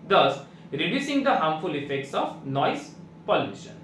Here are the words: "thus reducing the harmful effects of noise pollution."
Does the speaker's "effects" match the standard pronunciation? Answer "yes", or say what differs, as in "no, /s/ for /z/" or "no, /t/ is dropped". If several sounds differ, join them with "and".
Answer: yes